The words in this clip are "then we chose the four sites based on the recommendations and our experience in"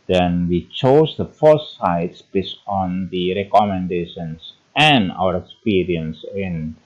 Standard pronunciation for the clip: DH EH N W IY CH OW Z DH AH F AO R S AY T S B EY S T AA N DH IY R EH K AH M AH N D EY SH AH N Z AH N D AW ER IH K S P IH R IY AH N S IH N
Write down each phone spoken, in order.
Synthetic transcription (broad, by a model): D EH N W IY CH OW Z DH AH F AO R S AY T S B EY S AA N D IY R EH K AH M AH N D EY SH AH N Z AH N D AW ER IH K S P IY R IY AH N S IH N